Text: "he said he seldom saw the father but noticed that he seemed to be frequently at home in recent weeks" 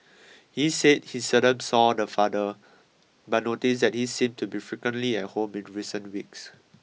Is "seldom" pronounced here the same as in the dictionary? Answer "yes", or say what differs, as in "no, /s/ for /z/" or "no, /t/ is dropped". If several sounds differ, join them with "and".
no, /l/ is dropped